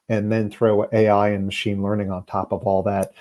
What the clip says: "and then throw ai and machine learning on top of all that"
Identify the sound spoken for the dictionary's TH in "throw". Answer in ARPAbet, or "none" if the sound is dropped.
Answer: TH